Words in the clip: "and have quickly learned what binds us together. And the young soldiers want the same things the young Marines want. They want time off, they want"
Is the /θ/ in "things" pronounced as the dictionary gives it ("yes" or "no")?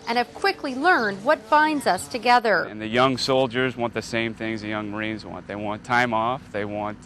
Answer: yes